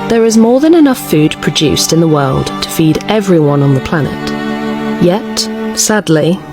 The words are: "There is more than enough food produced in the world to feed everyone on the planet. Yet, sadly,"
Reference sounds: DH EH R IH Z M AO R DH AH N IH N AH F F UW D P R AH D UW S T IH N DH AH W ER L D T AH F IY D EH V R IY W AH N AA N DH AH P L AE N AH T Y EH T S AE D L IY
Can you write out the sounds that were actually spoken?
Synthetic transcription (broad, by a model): DH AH R IH Z M AO R DH AH N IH N AH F F UW D P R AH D UW S T IH N DH AH W ER L D T AH F IY D EH V R IY W AH N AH N DH AH P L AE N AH T Y EH T S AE D L IY